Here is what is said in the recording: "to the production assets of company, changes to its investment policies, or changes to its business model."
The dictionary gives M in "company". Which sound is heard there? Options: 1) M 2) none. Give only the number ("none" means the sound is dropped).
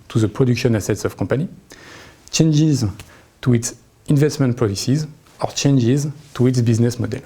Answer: 2